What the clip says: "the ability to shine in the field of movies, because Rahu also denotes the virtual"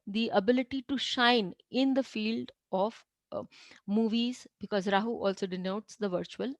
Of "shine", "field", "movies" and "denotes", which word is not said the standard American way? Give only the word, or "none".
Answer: none